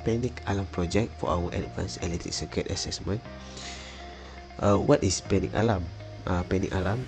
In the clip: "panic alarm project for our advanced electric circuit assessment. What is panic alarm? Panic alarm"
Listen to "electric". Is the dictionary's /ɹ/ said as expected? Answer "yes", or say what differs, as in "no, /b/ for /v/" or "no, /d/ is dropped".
no, /ɹ/ is dropped